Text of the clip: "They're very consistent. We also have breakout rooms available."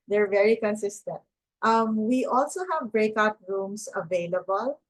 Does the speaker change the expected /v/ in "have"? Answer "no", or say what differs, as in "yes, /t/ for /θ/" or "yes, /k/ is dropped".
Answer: no